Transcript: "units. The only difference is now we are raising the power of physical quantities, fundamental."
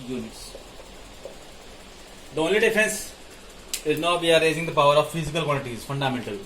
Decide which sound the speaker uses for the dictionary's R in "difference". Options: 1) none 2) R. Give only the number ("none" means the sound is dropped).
1